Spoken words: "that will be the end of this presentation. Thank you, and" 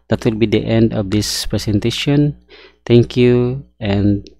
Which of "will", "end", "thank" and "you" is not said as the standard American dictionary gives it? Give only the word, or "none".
thank